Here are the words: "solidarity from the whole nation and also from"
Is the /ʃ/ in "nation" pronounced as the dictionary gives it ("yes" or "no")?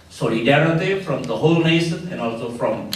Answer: no